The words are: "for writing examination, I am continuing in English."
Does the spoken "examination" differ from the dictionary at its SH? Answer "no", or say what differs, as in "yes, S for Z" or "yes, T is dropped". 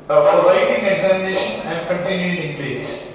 no